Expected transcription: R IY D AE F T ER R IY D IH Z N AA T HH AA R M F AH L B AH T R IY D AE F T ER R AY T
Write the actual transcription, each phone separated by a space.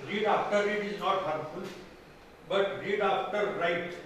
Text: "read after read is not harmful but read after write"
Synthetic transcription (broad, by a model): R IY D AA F T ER R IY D IH Z N AA T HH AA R F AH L B AH T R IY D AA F T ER R AY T